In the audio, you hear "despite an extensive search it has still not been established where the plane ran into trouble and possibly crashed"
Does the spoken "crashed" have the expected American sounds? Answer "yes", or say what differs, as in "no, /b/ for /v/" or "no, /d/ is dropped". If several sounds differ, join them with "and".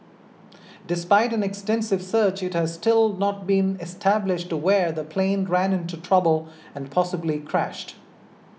yes